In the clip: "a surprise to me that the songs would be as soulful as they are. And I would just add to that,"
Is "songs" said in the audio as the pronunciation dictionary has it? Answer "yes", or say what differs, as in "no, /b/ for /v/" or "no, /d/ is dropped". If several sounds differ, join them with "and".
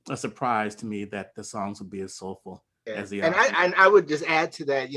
yes